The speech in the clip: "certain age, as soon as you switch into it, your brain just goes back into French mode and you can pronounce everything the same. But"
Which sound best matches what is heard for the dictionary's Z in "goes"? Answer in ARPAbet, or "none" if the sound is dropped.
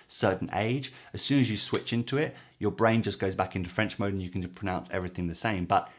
Z